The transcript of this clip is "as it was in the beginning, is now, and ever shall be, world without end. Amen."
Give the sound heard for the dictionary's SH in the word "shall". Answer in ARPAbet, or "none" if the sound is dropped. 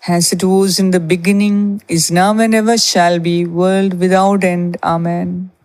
SH